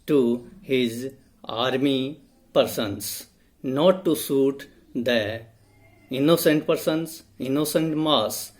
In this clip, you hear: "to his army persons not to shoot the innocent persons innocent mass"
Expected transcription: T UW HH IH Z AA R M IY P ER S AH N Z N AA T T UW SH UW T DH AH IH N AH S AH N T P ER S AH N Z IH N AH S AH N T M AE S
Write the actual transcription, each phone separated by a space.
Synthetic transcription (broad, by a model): T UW HH IH Z AA R M IY P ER S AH N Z N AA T T UW S UW T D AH IH N AH S AH N T P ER S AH N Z IH N AH S AH N T M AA S